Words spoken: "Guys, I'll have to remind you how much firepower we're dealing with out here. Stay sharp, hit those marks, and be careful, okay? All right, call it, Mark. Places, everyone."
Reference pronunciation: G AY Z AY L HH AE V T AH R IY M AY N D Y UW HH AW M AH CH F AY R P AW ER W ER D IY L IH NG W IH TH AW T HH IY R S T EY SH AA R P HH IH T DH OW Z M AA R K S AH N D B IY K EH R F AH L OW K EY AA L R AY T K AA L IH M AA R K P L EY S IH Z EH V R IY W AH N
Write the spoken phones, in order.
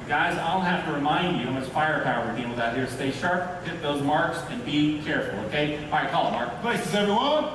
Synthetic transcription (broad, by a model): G AY Z AY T HH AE F T AH R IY M AY N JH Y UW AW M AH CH F AY R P AW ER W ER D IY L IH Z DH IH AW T HH IY R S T EY SH AA R P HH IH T DH OW Z M AA R K S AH N B IY K EH R F L OW K EY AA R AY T K AA L IH M AA R K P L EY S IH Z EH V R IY W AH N